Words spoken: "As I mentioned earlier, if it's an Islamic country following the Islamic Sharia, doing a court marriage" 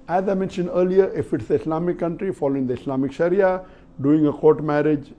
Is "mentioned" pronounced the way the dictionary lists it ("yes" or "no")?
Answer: yes